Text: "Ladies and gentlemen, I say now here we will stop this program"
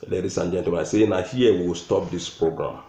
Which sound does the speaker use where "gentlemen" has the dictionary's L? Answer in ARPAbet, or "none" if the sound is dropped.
none